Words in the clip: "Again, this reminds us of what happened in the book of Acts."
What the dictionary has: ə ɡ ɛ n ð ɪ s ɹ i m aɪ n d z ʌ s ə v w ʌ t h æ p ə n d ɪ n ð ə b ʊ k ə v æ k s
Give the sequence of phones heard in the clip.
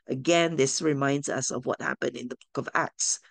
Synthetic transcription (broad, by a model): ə ɡ ɛ n ð ɪ s ɹ i m aɪ n d z ʌ s ə v w ʌ t h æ p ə n d ɪ n ð ə b ʊ k ə v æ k s